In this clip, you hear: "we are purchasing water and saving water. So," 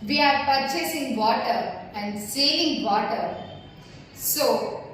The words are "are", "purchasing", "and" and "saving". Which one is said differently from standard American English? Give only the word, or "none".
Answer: saving